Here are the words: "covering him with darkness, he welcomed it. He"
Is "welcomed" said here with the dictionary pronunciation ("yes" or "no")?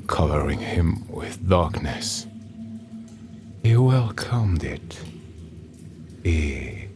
yes